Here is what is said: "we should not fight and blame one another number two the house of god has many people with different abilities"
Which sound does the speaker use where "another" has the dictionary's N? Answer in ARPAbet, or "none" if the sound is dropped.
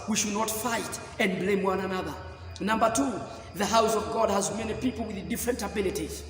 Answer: N